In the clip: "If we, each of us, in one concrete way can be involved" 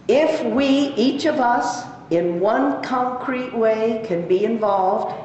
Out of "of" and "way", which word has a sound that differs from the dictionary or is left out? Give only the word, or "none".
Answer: none